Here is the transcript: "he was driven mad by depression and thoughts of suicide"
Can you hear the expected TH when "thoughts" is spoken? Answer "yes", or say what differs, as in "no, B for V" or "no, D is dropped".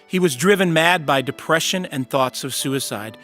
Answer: yes